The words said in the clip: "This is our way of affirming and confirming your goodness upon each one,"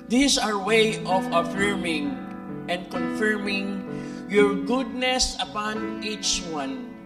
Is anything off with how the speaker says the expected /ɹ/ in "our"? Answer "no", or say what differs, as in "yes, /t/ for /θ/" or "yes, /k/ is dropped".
no